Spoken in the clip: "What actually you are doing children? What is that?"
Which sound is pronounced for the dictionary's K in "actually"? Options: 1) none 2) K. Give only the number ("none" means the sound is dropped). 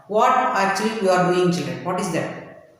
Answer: 1